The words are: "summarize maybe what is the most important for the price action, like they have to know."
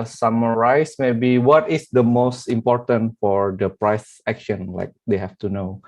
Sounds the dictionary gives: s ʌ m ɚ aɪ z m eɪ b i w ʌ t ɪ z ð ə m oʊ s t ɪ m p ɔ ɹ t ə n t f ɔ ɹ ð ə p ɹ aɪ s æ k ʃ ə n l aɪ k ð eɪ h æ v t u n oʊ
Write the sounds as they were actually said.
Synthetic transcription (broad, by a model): s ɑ m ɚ aɪ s m eɪ b i w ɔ t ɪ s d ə m oʊ s t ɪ m p ɔ ɹ t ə n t f ɔ ɹ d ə p ɹ aɪ s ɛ k ʃ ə n l aɪ k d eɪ h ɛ f t u n oʊ